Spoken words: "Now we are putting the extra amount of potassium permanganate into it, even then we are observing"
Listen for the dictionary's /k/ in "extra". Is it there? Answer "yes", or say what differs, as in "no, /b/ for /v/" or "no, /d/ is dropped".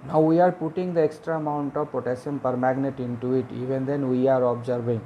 yes